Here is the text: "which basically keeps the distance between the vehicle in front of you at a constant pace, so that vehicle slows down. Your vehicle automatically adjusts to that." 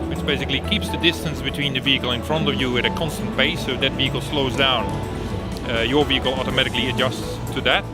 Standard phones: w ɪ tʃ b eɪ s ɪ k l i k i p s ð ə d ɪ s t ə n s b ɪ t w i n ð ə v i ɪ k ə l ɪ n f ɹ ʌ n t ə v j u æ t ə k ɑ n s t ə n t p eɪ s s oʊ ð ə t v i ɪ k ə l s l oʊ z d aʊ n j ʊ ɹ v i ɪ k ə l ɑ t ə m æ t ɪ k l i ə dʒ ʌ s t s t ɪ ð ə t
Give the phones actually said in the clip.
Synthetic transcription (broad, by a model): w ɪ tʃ b eɪ s ɪ k l i k i p s ð ə d ɪ s t ə n s b ɪ t w i n ð ə v i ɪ k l ɪ n f ɹ ʌ n t ə v j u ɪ t ə k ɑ n s t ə n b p eɪ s s oʊ ð ə t v i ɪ k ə l s l oʊ z d aʊ n j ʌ ɹ v i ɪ k l ɑ t ə m æ t ɪ k l i ə dʒ ʌ s t s t ɪ ð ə t